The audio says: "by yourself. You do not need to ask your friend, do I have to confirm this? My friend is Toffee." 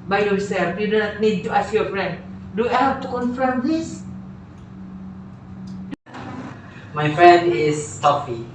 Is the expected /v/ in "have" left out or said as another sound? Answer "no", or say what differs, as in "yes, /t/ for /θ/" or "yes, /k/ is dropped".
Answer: yes, /p/ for /v/